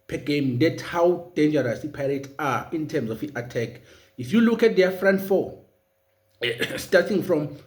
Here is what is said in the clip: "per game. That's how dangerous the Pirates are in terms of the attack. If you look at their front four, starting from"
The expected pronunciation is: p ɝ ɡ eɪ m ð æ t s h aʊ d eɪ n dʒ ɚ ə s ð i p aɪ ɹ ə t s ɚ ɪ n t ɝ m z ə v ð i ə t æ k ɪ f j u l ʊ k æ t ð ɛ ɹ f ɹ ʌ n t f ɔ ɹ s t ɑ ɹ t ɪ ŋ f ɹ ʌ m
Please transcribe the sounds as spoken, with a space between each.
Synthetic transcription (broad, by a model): p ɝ ɡ eɪ m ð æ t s h aʊ d eɪ n dʒ ɚ ə s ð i p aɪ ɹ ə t ɑ ɪ n t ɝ m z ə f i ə t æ k ɪ f j u l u k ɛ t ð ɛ f ɹ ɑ n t f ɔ s t ɑ t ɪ ŋ f ɹ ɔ m